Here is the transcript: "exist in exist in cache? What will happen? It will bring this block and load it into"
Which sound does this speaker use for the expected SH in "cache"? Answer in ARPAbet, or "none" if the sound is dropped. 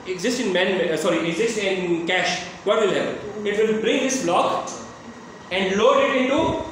SH